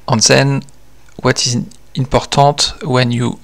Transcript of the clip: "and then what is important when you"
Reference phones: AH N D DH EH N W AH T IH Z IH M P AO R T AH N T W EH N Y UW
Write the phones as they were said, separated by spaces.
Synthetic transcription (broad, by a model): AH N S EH N W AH T IH Z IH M P AO R T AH T W EH N Y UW